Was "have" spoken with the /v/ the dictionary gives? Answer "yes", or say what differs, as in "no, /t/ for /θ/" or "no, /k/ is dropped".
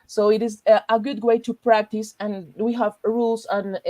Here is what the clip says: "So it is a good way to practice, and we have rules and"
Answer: yes